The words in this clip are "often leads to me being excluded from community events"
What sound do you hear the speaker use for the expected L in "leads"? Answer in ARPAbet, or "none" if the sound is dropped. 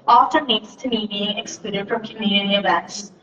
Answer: N